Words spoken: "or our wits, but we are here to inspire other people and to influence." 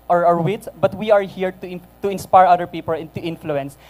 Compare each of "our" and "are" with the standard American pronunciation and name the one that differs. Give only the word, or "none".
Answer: none